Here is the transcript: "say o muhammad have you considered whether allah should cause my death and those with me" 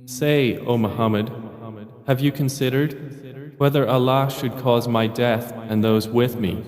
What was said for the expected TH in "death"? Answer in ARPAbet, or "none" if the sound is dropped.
TH